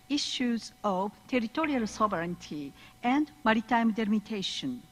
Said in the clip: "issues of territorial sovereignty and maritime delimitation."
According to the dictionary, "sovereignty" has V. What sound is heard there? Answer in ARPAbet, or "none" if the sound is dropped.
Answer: B